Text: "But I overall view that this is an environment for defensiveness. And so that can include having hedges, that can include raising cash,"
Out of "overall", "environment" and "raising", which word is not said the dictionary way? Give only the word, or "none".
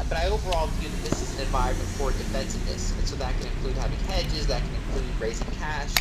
environment